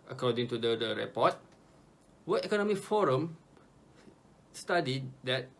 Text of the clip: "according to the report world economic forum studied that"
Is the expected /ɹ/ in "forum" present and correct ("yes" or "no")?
yes